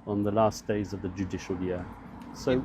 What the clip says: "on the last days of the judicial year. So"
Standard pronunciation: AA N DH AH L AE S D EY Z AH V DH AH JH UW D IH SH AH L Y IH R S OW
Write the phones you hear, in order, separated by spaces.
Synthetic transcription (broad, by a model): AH N DH AH L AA S D EY Z AH V DH AH JH UW D IH SH AH L Y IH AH S OW